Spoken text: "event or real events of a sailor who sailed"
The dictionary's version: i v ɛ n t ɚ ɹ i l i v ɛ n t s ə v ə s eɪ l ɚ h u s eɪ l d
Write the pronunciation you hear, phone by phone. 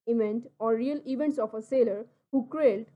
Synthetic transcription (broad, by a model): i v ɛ n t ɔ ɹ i l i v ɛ n t s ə p ə s eɪ l ɚ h u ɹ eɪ l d